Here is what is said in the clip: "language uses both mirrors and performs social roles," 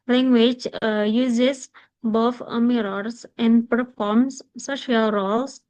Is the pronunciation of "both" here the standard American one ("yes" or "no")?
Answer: no